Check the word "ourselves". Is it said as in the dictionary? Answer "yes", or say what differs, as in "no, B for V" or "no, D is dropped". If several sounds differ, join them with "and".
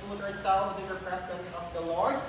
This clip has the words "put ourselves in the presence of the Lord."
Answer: yes